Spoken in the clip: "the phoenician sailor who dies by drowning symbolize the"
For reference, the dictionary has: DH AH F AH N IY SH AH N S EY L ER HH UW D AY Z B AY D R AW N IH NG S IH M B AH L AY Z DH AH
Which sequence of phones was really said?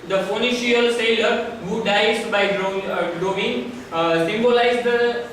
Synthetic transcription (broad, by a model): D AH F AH N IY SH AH L S EY L ER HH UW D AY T B AY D R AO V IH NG S IH M B AH L AY Z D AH